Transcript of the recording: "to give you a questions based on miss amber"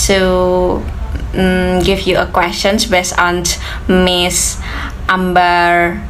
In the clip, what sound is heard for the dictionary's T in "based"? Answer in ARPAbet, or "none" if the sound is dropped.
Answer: none